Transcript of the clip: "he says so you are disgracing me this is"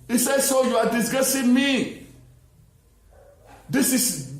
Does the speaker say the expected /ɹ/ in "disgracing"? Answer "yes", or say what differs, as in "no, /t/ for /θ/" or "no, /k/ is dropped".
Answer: no, /ɹ/ is dropped